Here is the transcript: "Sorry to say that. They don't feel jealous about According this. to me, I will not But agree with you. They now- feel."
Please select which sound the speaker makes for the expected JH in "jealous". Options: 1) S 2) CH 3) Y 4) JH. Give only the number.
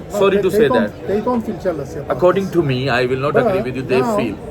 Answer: 2